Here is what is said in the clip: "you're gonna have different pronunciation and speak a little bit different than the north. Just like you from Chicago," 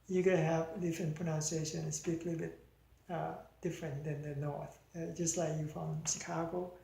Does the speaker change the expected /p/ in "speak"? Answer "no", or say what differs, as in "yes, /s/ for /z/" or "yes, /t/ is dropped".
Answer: yes, /p/ is dropped